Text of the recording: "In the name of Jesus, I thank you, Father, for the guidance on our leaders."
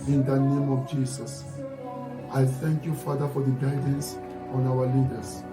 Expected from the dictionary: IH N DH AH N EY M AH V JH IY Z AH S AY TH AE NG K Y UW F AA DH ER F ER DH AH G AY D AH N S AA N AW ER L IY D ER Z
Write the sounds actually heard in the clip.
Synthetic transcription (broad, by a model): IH N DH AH N EY M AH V JH IY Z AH S AY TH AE NG K Y UW F AA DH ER F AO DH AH G AY D AH N S AA N AW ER L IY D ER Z